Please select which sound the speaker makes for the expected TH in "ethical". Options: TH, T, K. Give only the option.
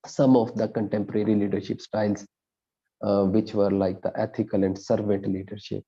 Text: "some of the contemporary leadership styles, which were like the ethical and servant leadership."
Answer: T